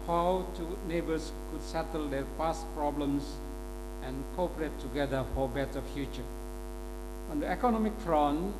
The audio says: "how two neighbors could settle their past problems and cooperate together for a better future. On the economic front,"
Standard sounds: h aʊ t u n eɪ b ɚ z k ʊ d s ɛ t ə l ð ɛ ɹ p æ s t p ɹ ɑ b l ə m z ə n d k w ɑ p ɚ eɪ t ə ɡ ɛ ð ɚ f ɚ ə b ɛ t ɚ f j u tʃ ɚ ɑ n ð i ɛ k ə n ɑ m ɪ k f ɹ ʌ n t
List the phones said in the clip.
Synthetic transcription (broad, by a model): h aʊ t u n eɪ b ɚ s k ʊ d s ɛ t ə l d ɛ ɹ p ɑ s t p ɹ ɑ b l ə m s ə n k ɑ p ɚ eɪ t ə ɡ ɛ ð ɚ f ə b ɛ t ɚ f j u tʃ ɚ ɑ n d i ɛ k ə n ɑ m ɪ k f ɹ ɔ n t